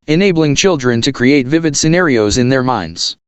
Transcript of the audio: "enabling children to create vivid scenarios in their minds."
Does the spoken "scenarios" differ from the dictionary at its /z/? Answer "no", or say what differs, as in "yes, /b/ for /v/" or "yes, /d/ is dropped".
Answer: no